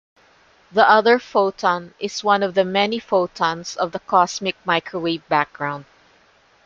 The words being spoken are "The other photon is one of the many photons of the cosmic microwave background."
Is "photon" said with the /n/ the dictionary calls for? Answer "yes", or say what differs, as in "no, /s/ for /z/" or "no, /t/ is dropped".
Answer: yes